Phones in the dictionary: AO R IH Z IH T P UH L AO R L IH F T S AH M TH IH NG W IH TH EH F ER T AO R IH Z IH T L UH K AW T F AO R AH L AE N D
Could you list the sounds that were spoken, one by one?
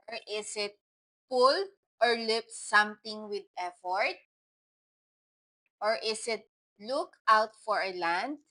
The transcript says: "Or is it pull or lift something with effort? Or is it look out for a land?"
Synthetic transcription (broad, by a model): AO R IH S IH T P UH L AO R L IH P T S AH M T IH NG W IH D EH F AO T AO R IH S IH T L UH K AW T F AO R AH L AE N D